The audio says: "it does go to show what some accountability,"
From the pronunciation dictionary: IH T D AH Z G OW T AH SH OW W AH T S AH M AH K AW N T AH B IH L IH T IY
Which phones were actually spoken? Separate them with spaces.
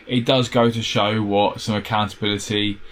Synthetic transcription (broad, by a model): IH T D AH Z G OW T AH SH OW W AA T S AH M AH K AW N T AH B IH L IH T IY